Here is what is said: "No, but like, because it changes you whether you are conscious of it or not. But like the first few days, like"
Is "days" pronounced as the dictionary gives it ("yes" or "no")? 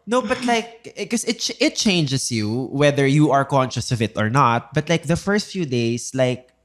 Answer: no